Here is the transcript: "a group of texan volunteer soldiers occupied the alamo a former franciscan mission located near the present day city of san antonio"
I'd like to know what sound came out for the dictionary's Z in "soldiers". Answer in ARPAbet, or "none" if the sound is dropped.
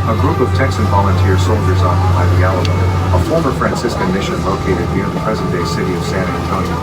Z